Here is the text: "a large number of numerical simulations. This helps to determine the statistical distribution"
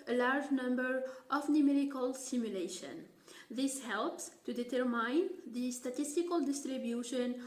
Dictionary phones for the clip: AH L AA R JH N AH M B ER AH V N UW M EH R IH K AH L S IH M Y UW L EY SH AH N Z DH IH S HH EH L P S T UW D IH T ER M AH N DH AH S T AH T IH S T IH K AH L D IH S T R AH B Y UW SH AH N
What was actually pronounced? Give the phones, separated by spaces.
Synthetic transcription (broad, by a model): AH L AA R JH N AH M B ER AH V N UW M EH R IH K AH L S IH M Y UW L EY SH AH N DH IH S HH EH L P S T UW D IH T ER M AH N DH AH S T AH T IH S T IH K AH L D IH S T R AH B Y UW SH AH N